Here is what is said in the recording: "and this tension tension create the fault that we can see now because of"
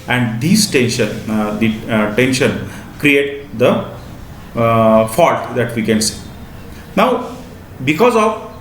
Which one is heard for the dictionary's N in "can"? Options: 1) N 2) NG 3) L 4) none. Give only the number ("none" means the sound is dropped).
1